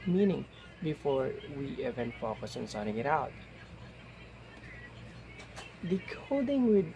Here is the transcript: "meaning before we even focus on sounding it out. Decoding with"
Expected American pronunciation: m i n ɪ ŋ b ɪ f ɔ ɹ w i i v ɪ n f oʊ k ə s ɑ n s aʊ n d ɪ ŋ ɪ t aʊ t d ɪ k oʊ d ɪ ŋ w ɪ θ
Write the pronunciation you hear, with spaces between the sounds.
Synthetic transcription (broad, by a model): m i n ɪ ŋ b ɪ f ɔ ɹ w i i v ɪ n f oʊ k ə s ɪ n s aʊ d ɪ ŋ ɪ t aʊ t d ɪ k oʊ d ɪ ŋ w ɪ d